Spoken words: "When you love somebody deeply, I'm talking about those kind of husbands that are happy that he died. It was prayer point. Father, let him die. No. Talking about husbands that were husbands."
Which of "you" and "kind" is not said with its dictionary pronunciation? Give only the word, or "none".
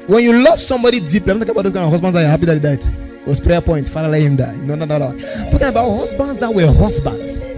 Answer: kind